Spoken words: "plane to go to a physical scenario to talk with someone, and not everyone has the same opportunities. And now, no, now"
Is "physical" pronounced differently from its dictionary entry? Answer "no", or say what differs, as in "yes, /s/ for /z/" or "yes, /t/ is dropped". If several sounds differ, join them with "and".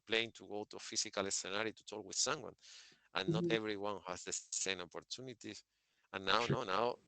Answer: yes, /s/ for /z/